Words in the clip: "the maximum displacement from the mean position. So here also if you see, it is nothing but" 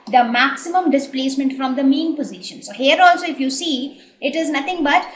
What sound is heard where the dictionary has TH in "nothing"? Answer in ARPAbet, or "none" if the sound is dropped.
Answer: T